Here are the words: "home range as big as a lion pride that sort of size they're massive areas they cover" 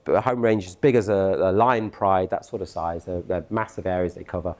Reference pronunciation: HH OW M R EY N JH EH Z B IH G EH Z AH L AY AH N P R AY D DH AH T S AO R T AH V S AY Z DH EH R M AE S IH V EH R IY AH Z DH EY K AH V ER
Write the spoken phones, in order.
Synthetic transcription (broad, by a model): HH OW M R EY N JH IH Z B IH G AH Z AH L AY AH N P R AY D DH AH T S AO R T AH V S AY Z DH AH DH M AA S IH V EH R IY AH Z DH EY K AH V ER